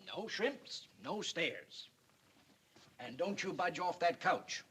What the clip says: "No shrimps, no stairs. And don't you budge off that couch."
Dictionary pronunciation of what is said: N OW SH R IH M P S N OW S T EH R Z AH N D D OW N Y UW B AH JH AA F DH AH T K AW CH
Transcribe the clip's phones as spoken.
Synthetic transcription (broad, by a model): N OW SH R IH M P S N OW S T EH R Z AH N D D OW N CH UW B AH JH AA F DH AH T K AW CH